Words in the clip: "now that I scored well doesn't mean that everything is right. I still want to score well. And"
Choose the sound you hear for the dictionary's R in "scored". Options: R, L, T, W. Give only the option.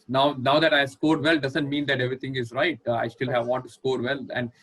R